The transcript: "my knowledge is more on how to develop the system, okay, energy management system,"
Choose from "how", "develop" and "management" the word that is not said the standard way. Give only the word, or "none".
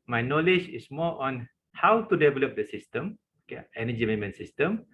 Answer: management